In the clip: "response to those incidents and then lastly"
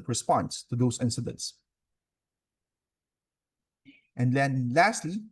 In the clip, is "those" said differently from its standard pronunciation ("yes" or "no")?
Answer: yes